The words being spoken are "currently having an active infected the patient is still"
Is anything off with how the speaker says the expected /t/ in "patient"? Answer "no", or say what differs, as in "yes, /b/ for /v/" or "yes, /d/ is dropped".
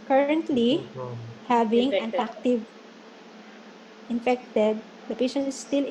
yes, /t/ is dropped